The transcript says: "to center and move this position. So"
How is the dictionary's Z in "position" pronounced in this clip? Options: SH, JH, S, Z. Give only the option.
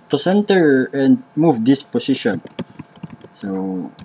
S